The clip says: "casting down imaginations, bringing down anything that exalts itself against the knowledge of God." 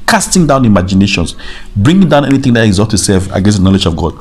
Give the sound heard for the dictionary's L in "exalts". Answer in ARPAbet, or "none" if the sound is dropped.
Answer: none